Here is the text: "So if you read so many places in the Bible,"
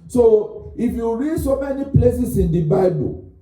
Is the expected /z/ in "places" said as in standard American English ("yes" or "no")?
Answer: no